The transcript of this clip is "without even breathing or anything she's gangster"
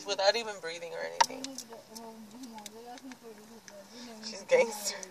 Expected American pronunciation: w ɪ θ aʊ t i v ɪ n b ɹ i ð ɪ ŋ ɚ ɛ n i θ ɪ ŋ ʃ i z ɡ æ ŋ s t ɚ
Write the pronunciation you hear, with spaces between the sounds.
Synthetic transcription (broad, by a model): w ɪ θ aʊ t i v ɪ n b ɹ i ð ɪ ŋ ɚ ɛ n i θ ɪ ŋ ʃ i z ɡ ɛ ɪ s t